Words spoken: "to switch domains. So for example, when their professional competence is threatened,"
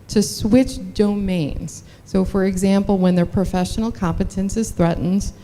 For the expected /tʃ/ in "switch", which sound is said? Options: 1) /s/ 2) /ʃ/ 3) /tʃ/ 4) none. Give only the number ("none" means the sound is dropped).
3